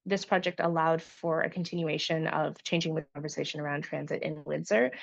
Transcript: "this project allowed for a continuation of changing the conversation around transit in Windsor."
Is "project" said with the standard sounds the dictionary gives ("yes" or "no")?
yes